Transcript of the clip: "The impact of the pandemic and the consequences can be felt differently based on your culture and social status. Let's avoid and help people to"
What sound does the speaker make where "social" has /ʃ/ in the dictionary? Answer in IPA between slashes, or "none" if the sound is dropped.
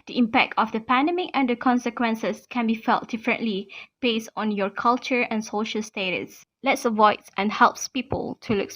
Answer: /ʃ/